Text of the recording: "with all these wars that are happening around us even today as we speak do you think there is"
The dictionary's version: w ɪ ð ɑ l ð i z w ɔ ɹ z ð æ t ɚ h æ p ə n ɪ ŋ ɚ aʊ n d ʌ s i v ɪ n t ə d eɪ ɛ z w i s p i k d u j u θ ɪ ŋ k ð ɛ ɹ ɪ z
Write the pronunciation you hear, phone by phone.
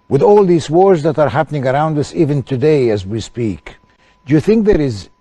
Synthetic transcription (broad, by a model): w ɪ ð ɑ l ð i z w ɔ ɹ z ð æ t ɚ h æ p ə n ɪ ŋ ɚ aʊ n d ʌ s i v ɪ n t ə d eɪ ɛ z w i s p i k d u j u θ ɪ ŋ k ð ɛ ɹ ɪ z